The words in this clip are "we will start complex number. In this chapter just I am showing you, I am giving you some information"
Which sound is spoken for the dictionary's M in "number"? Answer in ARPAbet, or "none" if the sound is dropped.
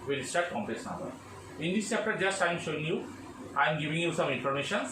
none